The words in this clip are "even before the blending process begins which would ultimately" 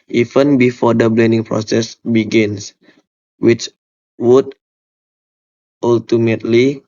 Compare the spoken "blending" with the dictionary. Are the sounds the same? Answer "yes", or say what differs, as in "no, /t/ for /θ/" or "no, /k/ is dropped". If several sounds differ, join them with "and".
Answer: yes